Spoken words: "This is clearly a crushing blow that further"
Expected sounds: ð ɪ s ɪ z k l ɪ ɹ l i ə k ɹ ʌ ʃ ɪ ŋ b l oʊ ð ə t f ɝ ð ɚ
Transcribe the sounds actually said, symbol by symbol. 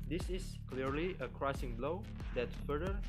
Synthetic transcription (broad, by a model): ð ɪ s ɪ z k l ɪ ɹ l i ə k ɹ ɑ s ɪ ŋ b l oʊ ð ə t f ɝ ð ɚ